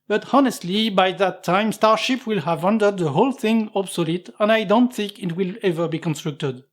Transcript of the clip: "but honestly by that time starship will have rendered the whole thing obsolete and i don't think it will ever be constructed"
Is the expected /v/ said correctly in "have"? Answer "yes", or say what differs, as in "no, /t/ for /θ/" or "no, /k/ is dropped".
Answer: yes